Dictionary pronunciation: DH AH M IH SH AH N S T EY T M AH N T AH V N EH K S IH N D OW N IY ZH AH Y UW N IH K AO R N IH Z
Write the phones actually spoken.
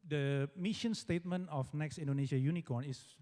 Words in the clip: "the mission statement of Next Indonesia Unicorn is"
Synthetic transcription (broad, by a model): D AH M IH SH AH N S T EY T M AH N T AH F N EH K S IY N D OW N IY SH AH Y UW N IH K AO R N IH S